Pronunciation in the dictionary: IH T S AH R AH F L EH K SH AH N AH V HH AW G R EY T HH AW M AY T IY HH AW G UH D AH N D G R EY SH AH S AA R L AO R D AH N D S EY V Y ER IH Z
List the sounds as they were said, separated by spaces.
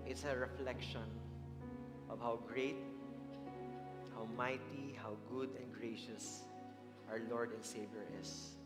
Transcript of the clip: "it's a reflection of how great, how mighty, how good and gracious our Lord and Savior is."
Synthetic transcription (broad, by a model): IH T S AH R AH F L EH K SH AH N AH V HH AW G R EY T HH AW M AY T IY HH AW G UH D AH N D G R EY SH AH S AA R L AO R D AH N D S EY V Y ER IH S